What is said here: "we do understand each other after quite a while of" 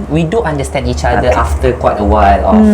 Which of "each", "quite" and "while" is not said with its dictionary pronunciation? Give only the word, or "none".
none